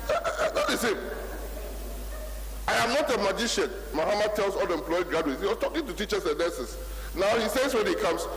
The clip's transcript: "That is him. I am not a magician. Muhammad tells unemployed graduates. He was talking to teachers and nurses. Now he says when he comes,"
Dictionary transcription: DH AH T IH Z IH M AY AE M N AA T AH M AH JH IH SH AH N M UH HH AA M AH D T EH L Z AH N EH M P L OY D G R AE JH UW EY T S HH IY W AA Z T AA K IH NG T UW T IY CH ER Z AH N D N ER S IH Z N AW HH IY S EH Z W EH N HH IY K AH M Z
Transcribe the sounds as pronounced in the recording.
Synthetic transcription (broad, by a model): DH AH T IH S IH M AY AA M N AA T AH M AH JH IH SH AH N M UH HH AA M AH D T EH L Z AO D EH M P L OY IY G R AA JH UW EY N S HH IY W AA S T AA K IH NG T UW T IY CH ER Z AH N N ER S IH S N AW HH IY S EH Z W EH N HH IY K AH M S